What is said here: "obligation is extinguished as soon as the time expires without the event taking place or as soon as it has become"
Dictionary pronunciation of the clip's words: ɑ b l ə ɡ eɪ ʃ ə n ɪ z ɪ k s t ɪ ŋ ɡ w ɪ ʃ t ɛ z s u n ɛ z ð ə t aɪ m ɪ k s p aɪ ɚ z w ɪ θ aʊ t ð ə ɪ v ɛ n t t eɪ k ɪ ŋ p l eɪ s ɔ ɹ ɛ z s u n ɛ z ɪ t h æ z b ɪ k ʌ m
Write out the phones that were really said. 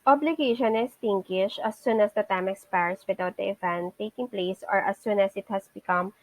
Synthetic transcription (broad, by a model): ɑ b l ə ɡ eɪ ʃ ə n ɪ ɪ s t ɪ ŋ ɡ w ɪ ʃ ʌ s u n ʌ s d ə t aɪ m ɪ k s p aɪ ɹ s w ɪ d aʊ t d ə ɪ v ɛ n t t eɪ k ɪ ŋ p l eɪ s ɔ ɹ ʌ s u n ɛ s ɪ t h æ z b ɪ k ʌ m